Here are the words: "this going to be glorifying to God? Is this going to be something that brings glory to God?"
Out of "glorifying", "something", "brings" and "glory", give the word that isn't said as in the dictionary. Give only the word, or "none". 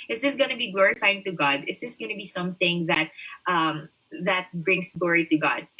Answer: brings